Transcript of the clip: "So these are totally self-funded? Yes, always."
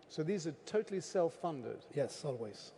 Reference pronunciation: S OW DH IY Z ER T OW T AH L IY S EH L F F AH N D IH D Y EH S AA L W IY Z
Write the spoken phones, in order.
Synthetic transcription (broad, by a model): S OW DH IY Z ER T OW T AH L IY S EH L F F AH N D IH D Y EH S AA L W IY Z